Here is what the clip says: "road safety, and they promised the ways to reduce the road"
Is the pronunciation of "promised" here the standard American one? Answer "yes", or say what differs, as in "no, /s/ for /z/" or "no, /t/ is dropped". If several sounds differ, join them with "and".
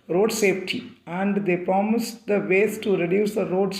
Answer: yes